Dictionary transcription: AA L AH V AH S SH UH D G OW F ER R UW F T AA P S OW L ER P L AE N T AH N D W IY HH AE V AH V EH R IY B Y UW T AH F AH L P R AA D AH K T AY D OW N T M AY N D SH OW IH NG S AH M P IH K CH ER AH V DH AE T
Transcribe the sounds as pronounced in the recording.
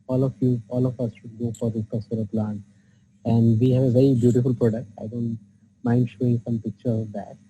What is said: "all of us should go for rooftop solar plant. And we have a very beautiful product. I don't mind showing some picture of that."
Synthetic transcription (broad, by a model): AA L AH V AH S SH UH D G OW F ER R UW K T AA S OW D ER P L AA N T AH N D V IY HH AE V AH V EH R IY B Y UW T AH F AH L P R AA D AH K T AY D OW N T M AY N D SH OW IH NG S AH M P IH K CH ER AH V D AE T